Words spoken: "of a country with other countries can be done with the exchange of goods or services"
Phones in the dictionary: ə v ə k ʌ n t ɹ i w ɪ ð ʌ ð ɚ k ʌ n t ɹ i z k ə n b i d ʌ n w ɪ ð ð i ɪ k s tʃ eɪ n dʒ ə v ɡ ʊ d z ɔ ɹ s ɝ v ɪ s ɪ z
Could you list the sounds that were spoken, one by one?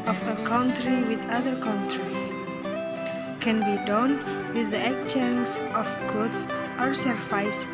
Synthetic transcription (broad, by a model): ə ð ə k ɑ n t ɹ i w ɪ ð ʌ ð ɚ k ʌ n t ɹ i s k ə n b i d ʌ n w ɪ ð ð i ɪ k tʃ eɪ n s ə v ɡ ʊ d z ɔ ɹ s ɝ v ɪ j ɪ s